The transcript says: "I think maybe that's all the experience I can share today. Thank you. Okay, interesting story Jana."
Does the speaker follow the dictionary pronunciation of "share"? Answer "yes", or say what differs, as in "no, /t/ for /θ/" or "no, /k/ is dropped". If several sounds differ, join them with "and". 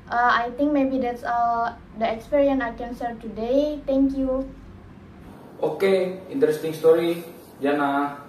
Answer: no, /s/ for /ʃ/